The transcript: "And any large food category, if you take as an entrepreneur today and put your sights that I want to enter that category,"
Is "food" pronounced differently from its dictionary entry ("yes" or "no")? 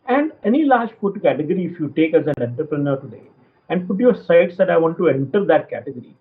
yes